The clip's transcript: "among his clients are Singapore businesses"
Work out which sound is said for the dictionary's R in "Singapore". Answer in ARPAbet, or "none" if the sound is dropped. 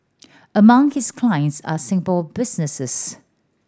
L